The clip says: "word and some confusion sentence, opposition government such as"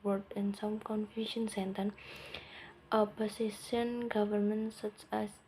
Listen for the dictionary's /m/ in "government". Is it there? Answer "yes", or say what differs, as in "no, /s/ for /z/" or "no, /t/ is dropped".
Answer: yes